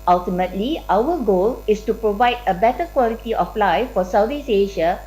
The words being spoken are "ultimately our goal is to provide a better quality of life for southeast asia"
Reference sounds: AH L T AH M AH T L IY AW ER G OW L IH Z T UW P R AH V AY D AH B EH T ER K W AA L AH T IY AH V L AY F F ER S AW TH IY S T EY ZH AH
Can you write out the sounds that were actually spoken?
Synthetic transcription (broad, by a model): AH L T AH M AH T L IY AW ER G OW L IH S T UW P R AH V AY D AH B EH T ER K W AA L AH T IY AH F L AY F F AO S AW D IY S EY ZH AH